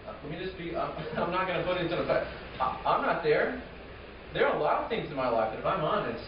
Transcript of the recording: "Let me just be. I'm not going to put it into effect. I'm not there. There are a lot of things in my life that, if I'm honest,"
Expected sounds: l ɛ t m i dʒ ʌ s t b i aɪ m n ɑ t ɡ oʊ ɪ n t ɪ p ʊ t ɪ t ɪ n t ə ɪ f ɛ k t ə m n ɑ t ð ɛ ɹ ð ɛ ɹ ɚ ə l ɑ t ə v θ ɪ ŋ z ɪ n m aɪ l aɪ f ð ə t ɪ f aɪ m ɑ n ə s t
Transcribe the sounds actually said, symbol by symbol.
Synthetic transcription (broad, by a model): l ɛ t m i dʒ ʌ s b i aɪ m n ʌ t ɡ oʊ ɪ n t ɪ p ʊ t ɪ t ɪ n s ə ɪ ɑ ə m n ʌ t ð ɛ ɹ ð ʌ ɹ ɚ ə l ɑ t ə v θ ɪ ŋ z ɪ n m aɪ l aɪ f ð ə t ɪ f aɪ m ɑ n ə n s